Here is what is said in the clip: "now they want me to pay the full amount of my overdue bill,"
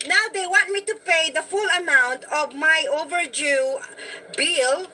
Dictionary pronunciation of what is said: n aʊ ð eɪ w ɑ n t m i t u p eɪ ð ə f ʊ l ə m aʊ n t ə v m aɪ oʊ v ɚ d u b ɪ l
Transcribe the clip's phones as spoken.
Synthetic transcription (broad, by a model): n aʊ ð eɪ w ɑ n t m i t u p eɪ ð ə f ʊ l ə m aʊ n t ə v m aɪ oʊ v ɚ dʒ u b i l